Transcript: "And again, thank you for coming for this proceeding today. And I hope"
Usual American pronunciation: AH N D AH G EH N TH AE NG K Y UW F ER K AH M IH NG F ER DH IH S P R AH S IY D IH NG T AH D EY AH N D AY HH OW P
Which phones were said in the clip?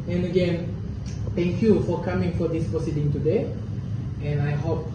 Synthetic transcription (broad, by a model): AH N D AH G EH N T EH NG K Y UW F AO K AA M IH NG F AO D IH S P R AH S IY D IH NG T AH D EY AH N AY HH OW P